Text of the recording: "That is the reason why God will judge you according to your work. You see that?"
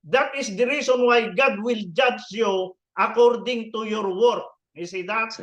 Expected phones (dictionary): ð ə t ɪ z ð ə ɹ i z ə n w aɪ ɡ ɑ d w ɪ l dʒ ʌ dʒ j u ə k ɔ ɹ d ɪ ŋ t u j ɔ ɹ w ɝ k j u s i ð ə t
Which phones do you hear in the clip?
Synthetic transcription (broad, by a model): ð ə t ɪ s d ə ɹ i s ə n w aɪ ɡ ɑ d w ɪ l dʒ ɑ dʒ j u ə k ɔ ɹ d ɪ ŋ t u j ɔ ɹ w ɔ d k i s i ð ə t